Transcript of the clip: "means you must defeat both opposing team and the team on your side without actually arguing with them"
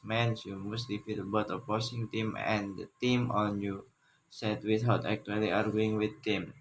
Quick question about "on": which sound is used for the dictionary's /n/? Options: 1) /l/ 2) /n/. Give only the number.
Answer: 2